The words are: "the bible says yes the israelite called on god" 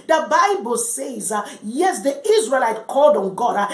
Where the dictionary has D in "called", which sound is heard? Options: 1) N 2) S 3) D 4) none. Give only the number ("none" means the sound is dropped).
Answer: 3